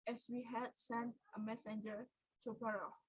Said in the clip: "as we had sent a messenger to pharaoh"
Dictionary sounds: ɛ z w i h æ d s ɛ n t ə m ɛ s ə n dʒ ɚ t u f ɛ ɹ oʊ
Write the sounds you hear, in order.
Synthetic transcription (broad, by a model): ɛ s w i h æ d s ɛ n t ə m ɛ s ə n dʒ ɚ t u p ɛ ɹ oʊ